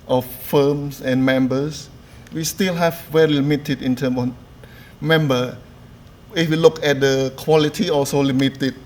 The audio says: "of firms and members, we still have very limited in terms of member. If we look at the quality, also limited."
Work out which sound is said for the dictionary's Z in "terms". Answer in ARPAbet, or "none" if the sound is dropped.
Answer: none